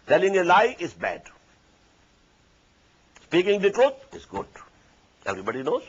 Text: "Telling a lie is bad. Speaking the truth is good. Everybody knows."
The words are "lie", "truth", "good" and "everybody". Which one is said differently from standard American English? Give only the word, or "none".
truth